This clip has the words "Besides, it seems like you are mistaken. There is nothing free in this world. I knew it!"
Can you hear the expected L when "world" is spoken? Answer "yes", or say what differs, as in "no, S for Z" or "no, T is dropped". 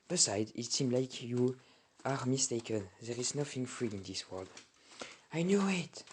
yes